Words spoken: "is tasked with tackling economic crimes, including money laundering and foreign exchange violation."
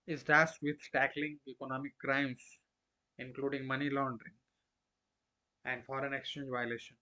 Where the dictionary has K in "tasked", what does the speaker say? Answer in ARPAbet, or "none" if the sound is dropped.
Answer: none